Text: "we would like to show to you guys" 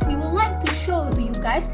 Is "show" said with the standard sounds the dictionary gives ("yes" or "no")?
yes